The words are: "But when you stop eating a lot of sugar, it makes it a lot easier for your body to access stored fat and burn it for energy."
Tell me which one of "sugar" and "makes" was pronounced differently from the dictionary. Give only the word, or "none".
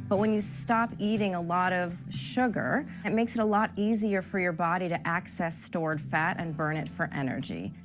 none